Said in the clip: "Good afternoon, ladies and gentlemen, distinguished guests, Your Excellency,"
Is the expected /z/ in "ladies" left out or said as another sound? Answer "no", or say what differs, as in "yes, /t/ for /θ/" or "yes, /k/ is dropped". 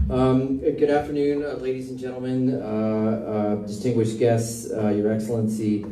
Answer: no